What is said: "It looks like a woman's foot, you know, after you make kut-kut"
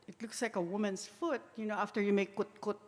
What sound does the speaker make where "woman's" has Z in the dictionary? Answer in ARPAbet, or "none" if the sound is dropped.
S